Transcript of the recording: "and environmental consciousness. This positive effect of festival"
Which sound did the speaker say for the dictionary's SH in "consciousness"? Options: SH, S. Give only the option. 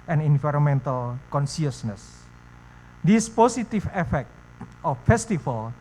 S